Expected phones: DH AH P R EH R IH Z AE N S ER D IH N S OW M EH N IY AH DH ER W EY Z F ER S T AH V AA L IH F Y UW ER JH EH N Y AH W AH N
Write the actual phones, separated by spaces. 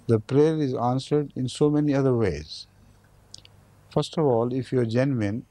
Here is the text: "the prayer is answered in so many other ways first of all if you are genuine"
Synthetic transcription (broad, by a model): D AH P R EH R IH Z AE N S ER D IH N S OW M EH N IY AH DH ER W EY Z F ER S T AH V AA L IH F Y UW ER JH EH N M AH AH N